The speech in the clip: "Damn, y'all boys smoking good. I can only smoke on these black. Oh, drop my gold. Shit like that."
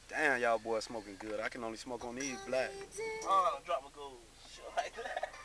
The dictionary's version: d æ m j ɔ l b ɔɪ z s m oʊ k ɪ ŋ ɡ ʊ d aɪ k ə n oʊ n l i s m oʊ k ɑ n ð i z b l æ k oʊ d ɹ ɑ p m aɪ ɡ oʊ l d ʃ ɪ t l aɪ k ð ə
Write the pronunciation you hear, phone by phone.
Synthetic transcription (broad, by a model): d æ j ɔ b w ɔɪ s m oʊ k ɪ ŋ ɡ ʊ d aɪ k ə n oʊ n l i s m oʊ k ɑ n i b l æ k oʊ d ɹ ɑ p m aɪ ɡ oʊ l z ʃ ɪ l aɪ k